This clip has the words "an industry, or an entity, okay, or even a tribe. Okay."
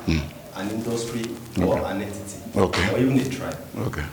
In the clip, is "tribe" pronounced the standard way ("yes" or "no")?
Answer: no